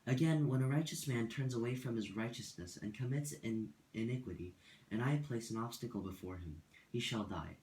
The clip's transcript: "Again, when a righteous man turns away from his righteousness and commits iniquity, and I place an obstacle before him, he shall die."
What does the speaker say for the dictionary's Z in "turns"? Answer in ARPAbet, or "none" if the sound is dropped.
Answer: Z